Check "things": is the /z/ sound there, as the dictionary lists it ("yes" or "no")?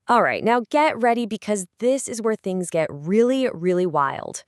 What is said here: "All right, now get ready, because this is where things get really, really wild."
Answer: yes